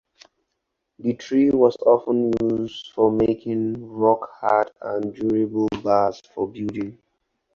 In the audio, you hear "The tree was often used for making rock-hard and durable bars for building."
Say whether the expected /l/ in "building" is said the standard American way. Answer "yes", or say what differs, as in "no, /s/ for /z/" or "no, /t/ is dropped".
no, /l/ is dropped